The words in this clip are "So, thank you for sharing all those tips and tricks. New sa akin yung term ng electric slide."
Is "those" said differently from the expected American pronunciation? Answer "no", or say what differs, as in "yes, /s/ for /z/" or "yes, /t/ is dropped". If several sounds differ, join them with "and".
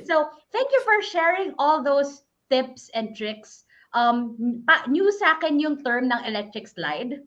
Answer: yes, /s/ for /z/